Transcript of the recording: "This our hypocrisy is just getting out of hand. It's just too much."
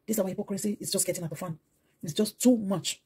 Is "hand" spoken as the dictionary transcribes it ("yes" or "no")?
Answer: no